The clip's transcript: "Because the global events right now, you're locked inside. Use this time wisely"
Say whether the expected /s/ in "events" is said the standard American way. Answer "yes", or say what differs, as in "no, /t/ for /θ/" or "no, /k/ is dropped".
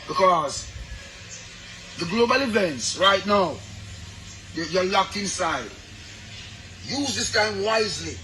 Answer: yes